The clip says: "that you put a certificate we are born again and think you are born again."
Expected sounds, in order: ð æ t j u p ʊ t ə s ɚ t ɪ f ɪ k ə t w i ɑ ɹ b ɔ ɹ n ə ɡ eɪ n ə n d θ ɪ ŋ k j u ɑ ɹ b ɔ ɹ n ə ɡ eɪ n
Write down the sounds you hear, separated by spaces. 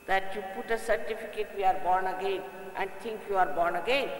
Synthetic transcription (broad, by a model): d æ t j u p ʊ t ə s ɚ t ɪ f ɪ k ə t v i ɑ ɹ b ɔ ɹ n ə ɡ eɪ n ə n d t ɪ ŋ k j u ɑ ɹ b ɔ ɹ n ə ɡ eɪ n